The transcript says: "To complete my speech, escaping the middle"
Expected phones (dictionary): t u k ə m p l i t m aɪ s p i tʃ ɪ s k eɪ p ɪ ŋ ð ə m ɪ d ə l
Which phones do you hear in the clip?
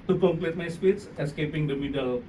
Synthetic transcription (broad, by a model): t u k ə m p l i t m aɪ s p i s ɪ s k eɪ p ɪ ŋ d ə m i d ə l